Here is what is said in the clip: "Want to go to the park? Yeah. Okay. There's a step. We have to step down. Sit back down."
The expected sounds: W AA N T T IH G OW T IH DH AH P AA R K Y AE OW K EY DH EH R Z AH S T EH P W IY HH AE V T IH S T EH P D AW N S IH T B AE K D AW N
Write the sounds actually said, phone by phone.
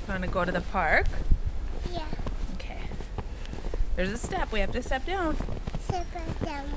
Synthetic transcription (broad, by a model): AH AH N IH G OW T IH DH AH P AA R K Y AE OW K EY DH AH R Z AH S T EH P W IY HH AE F T IH S T EH P D AW N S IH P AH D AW